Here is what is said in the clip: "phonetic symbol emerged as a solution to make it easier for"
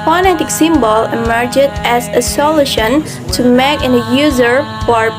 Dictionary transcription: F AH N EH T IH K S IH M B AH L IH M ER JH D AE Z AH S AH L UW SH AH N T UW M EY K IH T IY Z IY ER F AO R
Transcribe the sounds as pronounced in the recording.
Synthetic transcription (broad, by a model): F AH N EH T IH K S IH M B AH L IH M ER JH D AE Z AH S AH L UW SH AH N T UW M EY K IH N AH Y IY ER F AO R